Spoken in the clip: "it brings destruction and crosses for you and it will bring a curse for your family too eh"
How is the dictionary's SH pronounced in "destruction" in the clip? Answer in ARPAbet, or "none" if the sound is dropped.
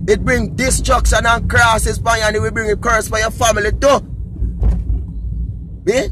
S